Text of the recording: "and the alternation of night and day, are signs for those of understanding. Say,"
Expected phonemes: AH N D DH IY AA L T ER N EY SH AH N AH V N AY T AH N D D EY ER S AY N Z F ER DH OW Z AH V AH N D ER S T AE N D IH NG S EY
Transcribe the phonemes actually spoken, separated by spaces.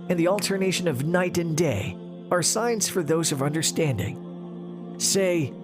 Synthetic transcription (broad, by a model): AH N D DH IY AA L T ER N EY SH AH N AH V N AY T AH N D D EY ER S AY N Z F ER DH OW Z AH V AH N D ER S T AE N D IH NG S EY